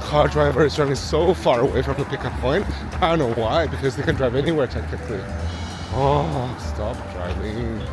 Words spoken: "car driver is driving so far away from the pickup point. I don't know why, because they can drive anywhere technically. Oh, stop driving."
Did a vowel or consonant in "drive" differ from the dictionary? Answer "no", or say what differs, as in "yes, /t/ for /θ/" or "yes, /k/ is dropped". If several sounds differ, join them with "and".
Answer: no